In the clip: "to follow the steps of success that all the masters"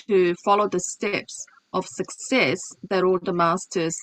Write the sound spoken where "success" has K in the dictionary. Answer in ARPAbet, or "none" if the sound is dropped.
K